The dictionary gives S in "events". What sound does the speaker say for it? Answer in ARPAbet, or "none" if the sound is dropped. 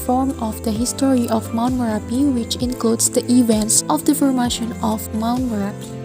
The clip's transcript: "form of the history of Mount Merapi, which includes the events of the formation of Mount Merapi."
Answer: S